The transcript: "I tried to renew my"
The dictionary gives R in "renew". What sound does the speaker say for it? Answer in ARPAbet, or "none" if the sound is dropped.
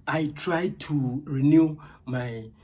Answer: R